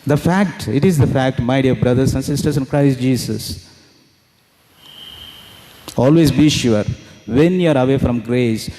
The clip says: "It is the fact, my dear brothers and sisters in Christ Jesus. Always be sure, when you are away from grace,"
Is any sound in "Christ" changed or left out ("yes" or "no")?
no